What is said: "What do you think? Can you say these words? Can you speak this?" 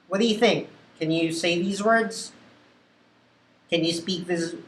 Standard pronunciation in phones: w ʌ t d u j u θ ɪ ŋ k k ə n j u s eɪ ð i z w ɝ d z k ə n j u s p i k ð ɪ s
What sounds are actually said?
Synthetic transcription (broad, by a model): w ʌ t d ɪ j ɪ θ ɪ ŋ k k ə n j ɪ s eɪ ð i z w ɝ d z k ə n j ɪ s p i k ð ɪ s